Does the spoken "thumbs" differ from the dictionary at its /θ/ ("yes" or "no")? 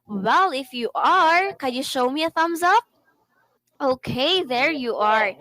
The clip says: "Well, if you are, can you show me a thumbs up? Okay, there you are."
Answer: no